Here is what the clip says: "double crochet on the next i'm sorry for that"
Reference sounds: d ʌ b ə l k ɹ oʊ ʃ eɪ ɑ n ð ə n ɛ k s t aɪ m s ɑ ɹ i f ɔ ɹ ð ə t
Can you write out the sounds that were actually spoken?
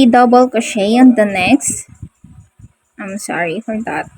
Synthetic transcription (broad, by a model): d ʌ b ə l k oʊ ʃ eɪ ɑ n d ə n ɛ k s t aɪ m s ɑ ɹ i f ɔ ɹ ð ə t